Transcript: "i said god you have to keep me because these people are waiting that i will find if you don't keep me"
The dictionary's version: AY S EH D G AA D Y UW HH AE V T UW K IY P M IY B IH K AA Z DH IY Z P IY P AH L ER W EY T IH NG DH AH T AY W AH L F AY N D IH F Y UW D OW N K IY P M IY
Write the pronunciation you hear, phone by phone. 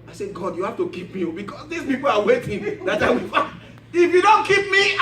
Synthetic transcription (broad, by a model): AY S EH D G AA D Y UW HH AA F T UW K IY P M IY B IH K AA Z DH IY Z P IY P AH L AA W EY T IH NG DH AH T AY W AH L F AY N IH F Y UW D OW N K IY P M IY